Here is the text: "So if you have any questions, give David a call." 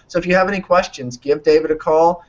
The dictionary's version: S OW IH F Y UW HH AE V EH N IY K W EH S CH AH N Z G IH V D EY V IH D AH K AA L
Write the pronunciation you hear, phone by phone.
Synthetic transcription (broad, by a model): S OW IH F Y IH V EH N IY K W EH S CH AH N Z G IH V D EY V IH D AH K AA L